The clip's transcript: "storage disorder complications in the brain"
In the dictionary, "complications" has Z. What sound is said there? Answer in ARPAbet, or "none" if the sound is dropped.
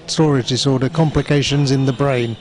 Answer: Z